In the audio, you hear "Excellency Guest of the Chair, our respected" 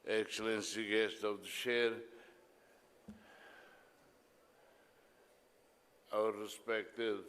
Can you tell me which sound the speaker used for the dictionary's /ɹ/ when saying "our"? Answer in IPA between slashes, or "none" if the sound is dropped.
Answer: /w/